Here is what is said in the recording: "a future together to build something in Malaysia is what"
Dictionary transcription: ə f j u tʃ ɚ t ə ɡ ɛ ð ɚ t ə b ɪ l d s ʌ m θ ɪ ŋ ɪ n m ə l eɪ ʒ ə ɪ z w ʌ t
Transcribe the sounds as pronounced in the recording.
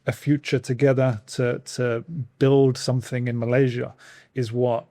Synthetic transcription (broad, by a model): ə f j u tʃ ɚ t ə ɡ ɛ ð ɚ t ə b ɪ l d s ʌ m θ ɪ ŋ ɪ n m ə l eɪ ʒ ə ɪ z w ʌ t